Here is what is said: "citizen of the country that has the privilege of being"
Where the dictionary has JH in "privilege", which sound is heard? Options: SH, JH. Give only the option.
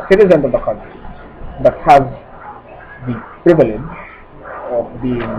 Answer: JH